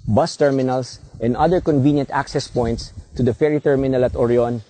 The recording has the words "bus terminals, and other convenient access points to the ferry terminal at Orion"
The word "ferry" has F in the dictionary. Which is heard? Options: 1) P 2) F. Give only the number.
2